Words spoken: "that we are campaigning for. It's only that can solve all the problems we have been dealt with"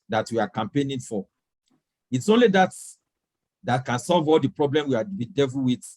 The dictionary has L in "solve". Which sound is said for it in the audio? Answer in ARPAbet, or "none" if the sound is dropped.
L